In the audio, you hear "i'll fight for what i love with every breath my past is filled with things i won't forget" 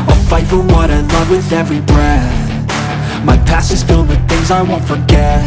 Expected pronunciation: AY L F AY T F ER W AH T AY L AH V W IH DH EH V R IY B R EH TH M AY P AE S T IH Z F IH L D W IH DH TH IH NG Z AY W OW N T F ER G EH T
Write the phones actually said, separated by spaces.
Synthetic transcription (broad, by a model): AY F AY T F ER W AH T AY L AH V W IH DH EH V R IY B R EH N M AY P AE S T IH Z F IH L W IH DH TH IH NG Z AY W OW N T F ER G EH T